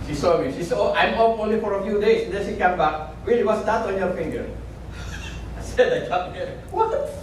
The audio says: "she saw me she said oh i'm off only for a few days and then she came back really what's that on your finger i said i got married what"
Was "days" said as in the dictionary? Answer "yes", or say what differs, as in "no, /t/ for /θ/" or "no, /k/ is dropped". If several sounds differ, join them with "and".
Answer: no, /s/ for /z/